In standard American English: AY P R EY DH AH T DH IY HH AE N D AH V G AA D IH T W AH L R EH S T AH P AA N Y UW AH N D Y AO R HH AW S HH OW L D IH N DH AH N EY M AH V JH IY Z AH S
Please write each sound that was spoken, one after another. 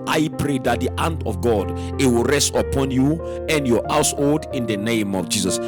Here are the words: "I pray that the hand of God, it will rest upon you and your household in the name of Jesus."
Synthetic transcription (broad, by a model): AY P R EY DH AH T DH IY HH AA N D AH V G AA D IH T W AH L R EH S T AH P AA N Y UW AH N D Y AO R HH AW S HH OW L D IH N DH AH N EY M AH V JH IY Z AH S